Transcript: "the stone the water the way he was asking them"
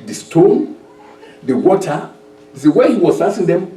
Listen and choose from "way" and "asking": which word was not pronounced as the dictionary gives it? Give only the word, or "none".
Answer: asking